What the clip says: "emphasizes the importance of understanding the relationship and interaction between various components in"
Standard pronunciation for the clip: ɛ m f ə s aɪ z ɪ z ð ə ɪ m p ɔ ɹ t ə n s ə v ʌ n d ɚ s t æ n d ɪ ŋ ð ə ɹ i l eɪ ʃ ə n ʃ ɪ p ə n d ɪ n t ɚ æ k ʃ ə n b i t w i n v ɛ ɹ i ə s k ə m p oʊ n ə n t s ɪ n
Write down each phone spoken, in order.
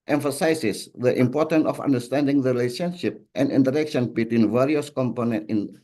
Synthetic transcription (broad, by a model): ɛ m f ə s aɪ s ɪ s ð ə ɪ m p ɔ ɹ t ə n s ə f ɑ n d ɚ s t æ n d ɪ ŋ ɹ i l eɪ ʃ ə n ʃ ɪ p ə n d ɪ n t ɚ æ k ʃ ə n b i t w i n v ɛ ɹ i ə s k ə m p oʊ n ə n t ɪ n